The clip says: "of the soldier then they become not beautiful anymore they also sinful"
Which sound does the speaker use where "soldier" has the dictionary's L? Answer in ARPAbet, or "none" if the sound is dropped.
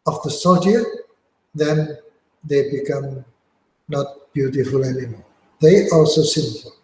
none